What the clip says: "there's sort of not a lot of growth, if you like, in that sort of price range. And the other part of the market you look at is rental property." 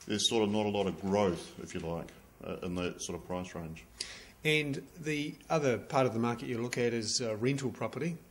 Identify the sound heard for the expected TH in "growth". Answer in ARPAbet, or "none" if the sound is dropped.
TH